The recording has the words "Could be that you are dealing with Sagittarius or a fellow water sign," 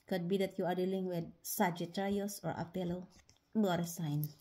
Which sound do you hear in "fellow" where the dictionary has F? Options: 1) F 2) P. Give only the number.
2